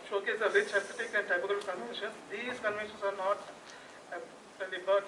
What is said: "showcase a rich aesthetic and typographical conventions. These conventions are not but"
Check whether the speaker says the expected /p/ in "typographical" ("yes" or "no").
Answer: no